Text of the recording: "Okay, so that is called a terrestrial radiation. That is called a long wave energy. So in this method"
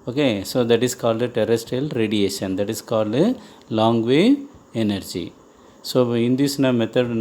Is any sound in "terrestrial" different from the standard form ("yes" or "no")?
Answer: yes